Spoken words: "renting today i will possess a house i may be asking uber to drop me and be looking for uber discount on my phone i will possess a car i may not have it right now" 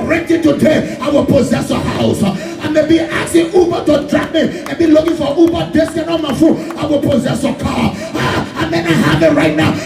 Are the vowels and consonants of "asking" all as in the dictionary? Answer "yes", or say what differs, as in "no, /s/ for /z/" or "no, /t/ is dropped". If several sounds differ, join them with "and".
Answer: no, /k/ is dropped